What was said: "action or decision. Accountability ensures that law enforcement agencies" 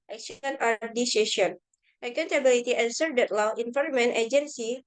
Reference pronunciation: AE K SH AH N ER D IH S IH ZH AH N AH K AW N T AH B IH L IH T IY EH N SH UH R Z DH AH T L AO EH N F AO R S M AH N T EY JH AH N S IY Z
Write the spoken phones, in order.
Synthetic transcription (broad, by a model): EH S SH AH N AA D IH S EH SH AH N AH K AW N T AH B IH L IH T IY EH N S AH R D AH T L AO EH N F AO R M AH N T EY JH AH N S IY